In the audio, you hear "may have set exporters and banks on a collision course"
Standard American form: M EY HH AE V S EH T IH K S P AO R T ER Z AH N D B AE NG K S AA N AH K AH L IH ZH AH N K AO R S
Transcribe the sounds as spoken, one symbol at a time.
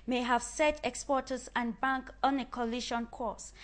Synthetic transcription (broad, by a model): M EY HH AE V S EH T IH K S P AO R T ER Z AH N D B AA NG K AA N AH K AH L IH SH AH N K AO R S